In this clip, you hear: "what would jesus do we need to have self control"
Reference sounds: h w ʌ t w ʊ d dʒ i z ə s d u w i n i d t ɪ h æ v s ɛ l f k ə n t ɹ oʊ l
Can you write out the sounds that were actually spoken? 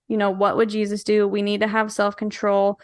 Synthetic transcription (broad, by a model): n w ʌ t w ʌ d dʒ i z ə s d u w i n i d t ɪ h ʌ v s ɛ l f k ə n t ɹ oʊ l